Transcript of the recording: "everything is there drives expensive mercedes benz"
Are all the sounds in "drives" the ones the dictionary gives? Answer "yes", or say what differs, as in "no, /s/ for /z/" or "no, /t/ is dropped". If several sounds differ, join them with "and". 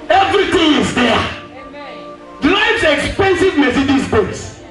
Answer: no, /l/ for /ɹ/